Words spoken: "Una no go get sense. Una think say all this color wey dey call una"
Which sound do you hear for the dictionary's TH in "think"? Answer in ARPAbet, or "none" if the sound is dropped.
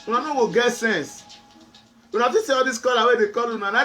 F